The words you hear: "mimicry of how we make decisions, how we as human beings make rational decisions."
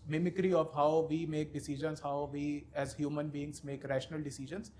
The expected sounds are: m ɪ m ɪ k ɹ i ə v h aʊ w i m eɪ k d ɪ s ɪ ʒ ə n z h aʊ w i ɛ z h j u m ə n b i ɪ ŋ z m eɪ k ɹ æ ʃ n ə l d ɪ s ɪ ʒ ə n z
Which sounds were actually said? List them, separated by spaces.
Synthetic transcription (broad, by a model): m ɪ m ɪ k ɹ i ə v h aʊ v i m eɪ k d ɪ s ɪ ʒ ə n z h aʊ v i ɛ z h j u m ə n b i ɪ ŋ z m eɪ k ɹ æ ʃ n ə l d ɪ s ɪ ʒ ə n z